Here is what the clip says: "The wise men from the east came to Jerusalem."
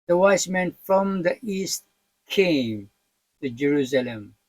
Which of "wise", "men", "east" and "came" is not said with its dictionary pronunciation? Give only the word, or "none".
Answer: wise